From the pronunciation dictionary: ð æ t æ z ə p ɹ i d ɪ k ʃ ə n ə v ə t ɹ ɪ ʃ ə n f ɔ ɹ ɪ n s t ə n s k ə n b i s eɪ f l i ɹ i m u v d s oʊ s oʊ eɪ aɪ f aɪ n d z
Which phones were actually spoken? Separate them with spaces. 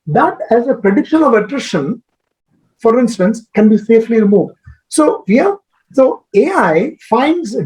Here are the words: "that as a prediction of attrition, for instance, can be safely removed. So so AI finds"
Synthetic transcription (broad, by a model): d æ t æ z ə p ɹ i d ɪ k ʃ ə n ə v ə t ɹ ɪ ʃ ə n f ɔ ɹ ɪ n s t ə n s k ə n b i s eɪ f l i ɹ i m u v d s oʊ s oʊ eɪ aɪ f aɪ n d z